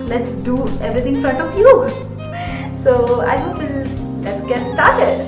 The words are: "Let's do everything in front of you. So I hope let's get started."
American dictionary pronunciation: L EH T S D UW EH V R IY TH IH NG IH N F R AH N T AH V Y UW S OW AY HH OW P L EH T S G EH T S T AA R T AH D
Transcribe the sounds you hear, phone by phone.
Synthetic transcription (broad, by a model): L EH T S D UW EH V R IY T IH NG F R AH N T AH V Y UW S OW AY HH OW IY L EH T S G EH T S T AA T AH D